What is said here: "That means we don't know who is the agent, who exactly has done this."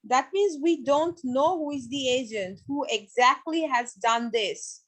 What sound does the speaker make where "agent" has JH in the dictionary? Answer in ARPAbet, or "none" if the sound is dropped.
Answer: JH